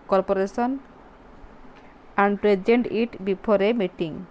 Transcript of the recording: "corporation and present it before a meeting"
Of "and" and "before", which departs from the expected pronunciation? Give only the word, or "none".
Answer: before